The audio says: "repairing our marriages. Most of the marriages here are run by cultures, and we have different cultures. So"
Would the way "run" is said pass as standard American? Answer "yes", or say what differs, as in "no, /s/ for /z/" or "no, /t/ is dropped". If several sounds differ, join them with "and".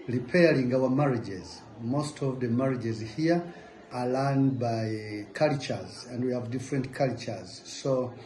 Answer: no, /l/ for /ɹ/